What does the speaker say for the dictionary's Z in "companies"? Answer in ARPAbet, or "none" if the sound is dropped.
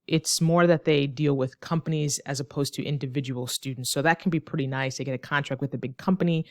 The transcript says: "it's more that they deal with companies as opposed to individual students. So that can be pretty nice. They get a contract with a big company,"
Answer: Z